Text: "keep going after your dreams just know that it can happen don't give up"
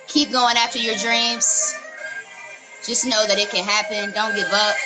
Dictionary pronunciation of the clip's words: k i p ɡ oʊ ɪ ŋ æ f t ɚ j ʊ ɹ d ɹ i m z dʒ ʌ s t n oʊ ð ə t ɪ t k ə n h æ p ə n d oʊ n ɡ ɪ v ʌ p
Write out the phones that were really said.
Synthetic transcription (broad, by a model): k i p ɡ oʊ ɪ ŋ æ f t ɚ j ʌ ɹ d ɹ i m z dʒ ʌ s n oʊ ð ə t ɪ t k ə n h æ p ə n d oʊ n ɡ ɪ v ʌ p